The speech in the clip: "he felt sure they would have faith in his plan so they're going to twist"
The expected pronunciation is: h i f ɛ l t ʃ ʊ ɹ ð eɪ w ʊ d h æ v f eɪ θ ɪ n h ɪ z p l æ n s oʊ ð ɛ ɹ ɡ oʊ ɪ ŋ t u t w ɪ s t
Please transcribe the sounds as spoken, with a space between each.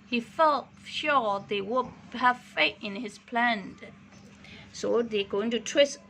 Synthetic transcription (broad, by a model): h i f ɛ l t ʃ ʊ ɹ ð eɪ w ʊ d h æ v f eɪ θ ɪ n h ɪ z p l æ n s oʊ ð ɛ ɡ oʊ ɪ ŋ t u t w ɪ s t